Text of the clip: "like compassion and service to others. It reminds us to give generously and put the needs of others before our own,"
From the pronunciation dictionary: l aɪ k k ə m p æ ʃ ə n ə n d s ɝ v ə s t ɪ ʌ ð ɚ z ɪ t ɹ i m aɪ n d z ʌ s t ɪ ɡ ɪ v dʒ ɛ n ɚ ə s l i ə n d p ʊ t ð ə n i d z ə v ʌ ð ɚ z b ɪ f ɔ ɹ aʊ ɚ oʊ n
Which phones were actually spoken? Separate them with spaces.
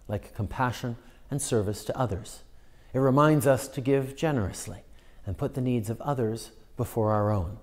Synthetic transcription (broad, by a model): l aɪ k k ə m p æ ʃ ə n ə n s ɝ v ə s t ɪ ʌ ð ɚ z ɪ t ɹ i m aɪ n d z ʌ s t ɪ ɡ ɪ v dʒ ɛ n ɚ ə s l i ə n p ʊ t ð ə n i d z ə v ʌ ð ɚ z b ɪ f ɔ ɹ aʊ ɚ oʊ n